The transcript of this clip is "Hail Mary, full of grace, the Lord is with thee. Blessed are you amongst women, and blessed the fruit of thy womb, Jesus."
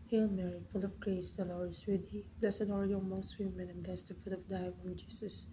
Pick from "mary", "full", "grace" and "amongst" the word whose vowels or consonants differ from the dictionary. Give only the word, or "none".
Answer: amongst